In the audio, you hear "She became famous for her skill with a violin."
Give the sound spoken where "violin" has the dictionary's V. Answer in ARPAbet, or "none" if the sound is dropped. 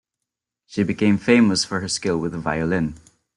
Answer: V